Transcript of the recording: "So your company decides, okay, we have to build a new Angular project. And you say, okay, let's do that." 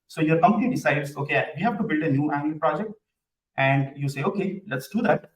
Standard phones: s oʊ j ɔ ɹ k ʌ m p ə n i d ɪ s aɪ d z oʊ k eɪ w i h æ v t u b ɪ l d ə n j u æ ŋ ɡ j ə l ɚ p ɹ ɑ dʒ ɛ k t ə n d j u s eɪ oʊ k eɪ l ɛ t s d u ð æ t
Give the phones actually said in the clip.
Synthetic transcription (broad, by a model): s oʊ j ɔ ɹ k ʌ m p ə n i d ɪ s aɪ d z oʊ k eɪ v i h æ v t u b ɪ l d ə n j u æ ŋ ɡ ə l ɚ p ɹ ɑ dʒ ɛ k t ə n d j u s eɪ oʊ k eɪ l ɛ t s d u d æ t